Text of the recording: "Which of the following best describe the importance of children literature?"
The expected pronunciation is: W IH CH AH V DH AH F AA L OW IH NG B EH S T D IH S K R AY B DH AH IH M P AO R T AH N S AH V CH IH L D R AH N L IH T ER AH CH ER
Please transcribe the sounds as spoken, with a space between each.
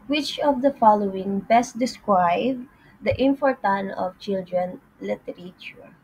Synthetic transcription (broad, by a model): W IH CH AH V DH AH F AA L OW IH NG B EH S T D IH S K R AY B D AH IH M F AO R T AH N AH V CH IH L D R AH N L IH T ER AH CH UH